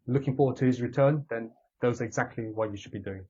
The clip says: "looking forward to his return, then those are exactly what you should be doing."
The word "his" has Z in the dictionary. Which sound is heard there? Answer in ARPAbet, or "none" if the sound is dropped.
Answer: Z